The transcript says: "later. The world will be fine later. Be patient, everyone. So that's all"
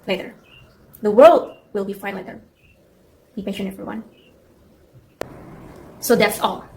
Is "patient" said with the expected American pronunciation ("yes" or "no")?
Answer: no